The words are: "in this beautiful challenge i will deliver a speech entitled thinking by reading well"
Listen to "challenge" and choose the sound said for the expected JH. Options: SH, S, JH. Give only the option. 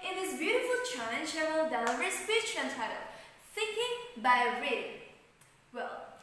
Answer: SH